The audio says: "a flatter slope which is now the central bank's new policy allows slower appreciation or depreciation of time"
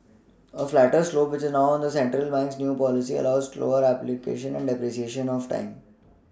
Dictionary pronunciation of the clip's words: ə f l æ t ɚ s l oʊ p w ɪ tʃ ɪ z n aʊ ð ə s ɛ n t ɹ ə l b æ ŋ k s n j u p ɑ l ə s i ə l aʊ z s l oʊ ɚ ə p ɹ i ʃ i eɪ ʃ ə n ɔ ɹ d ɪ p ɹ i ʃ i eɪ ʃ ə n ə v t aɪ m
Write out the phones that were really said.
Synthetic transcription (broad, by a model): ə f l æ t ɚ s l oʊ p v ɪ tʃ ɪ z n aʊ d ə s ɛ n t ɹ ə l b æ ŋ k s n j u p ɑ l ə s i ə l aʊ z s l oʊ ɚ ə p l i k eɪ ʃ ə n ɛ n d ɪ p ɹ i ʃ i eɪ ʃ ə n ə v t aɪ m